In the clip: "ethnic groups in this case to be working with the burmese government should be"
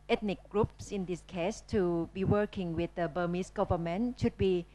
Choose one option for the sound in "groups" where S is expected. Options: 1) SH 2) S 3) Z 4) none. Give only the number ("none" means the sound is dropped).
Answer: 2